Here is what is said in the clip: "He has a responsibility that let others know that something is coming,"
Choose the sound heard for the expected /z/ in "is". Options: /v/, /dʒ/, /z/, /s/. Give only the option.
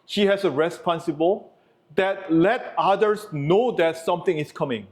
/s/